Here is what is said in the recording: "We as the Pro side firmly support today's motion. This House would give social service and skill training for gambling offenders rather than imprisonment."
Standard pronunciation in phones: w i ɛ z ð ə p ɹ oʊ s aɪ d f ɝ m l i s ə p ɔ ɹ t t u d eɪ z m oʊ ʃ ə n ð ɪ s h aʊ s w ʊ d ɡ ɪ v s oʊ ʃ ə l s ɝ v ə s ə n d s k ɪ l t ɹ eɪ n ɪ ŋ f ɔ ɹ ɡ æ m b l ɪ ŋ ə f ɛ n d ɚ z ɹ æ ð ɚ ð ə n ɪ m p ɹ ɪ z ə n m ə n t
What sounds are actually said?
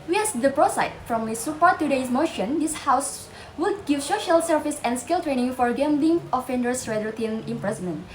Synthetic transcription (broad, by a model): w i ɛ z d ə p ɹ oʊ s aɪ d f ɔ m i s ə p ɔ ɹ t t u d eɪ s m oʊ ʃ ə n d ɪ s h aʊ s w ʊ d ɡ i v s oʊ ʃ ə l s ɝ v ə s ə n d s k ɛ l t ɹ eɪ n ɪ ŋ f ɔ ɹ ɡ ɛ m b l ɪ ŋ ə f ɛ n d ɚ s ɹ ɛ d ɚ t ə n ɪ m p ɹ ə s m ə n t